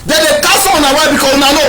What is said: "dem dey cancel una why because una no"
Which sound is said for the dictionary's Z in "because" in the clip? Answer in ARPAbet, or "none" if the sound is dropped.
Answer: none